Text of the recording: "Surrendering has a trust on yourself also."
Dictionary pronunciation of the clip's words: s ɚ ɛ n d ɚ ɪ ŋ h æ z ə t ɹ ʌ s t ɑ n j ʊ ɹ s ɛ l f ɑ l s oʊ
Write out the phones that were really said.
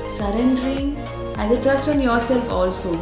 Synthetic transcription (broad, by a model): s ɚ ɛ n d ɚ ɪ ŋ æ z ə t ʌ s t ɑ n j ʊ ɹ s ɛ l f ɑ l s oʊ